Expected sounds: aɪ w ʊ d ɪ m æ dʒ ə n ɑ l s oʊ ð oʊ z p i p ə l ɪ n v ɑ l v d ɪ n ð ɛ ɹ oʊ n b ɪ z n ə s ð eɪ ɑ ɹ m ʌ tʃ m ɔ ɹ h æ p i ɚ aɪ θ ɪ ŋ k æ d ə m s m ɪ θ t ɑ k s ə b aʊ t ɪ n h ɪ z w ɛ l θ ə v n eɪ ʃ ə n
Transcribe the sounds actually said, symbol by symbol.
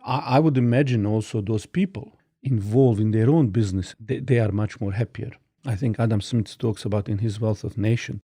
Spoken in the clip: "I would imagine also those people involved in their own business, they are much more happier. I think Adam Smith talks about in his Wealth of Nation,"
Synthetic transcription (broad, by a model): aɪ w ʊ d ɪ m æ dʒ ə n ɑ l s oʊ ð oʊ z p i p ə l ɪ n v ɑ l v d ɪ n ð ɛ ɹ oʊ n b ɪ z n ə s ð eɪ ɑ ɹ m ʌ tʃ m ɔ ɹ h æ p i ɚ aɪ θ ɪ ŋ k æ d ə m s m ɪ s t ɑ k s ə b aʊ t ɪ n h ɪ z w ɛ l θ ə v n eɪ ʃ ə n